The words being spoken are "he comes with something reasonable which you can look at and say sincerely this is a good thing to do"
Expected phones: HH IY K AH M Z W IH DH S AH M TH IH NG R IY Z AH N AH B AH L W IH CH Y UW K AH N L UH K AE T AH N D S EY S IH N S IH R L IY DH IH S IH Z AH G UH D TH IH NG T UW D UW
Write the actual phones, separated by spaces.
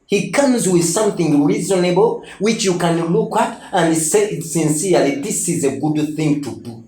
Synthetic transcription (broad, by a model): HH IY K AH M Z W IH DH S AH M TH IH NG R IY Z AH N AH B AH L W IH CH Y UW K AH N L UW K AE T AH N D S EY S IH N S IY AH L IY DH IH S IH Z AH G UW D TH IH NG T UW D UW